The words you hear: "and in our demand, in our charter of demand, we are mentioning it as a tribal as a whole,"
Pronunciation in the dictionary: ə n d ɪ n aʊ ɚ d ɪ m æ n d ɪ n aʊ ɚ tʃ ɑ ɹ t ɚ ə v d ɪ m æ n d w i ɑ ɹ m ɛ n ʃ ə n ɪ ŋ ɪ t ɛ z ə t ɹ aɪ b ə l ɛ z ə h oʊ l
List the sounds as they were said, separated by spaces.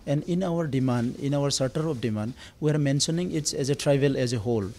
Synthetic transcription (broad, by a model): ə n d ɪ n aʊ ɚ d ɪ m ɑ n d ɪ n aʊ ɚ s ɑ ɹ t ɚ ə p d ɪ m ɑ n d w i ɑ ɹ m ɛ n s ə n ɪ ŋ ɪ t ɛ z ə t ɹ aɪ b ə l ɛ z ə h oʊ l